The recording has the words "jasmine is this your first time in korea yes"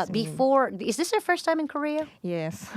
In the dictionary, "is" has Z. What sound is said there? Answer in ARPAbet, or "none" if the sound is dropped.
Z